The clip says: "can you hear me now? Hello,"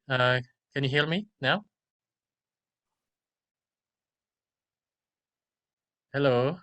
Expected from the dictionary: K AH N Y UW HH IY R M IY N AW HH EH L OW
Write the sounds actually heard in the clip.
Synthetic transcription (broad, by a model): K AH N Y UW HH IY L M IY N AW HH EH L OW